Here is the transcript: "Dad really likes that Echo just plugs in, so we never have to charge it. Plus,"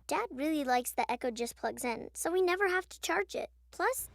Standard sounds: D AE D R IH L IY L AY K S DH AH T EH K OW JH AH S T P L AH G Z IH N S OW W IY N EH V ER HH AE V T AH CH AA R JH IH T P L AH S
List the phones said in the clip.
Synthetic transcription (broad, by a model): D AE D R IH L IY L AY K S DH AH T EH K OW JH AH S P L AH G Z IH N S OW W IY N EH V ER HH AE F T AH CH AA R JH IH T P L AH S